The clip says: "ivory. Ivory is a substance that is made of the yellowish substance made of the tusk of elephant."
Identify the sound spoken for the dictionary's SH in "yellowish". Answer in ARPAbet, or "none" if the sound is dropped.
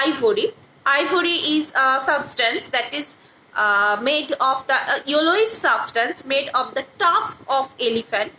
S